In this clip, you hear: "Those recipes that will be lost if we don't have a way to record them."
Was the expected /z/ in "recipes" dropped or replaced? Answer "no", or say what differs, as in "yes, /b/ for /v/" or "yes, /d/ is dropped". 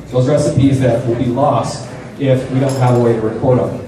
no